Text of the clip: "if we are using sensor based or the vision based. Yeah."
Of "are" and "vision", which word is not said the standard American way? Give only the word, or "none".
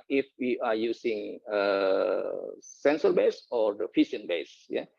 vision